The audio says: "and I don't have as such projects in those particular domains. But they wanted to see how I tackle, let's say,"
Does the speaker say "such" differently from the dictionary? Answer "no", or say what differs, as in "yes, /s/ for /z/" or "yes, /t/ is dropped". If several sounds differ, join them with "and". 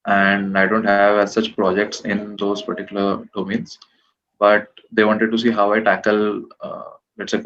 no